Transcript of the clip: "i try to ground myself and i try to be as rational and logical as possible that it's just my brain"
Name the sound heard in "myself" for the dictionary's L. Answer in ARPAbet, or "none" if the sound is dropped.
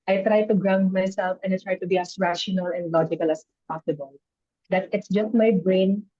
L